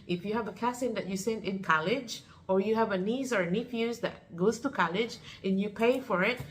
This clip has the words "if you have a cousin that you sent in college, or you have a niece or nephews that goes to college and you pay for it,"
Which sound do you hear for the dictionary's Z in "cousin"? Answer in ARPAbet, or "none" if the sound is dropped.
S